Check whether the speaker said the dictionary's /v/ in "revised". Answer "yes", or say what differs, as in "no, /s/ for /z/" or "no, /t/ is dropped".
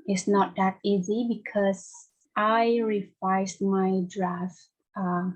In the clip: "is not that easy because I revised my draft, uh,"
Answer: no, /f/ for /v/